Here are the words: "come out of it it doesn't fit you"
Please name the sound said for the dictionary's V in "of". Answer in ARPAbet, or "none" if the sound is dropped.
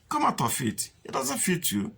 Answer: F